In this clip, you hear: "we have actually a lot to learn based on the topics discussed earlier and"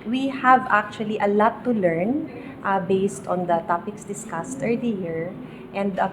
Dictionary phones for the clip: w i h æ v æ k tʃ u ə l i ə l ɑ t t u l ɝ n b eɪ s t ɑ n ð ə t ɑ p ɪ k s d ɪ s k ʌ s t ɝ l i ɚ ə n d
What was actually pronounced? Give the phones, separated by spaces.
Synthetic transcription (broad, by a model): w i h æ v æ k tʃ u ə l i ə l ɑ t t u l ɝ n b eɪ s t ɑ n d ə t ɑ p ɪ k s d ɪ s k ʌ s t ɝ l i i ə n d